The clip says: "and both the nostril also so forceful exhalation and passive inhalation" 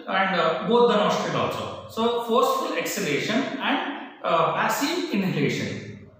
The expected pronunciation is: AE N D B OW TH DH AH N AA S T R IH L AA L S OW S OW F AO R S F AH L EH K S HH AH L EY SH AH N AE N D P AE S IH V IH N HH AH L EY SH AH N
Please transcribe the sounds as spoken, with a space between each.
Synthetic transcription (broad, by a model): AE N D B OW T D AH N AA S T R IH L AA L S OW S OW F AO R S F AH L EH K S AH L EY SH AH N AE N D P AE S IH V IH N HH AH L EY SH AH N